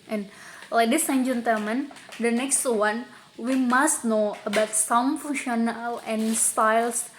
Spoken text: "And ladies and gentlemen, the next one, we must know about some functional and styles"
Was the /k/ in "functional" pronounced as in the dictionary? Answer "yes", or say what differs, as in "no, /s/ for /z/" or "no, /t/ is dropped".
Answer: no, /k/ is dropped